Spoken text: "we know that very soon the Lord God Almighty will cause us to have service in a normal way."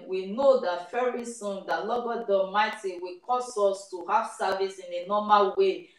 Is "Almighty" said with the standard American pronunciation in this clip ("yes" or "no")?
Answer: no